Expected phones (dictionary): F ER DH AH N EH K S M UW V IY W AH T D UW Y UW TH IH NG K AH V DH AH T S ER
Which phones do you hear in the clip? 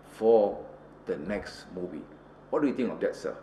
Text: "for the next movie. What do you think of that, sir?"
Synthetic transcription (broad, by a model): F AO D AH N EH K S M UW V IY W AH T D UW Y UW T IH NG AH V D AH T S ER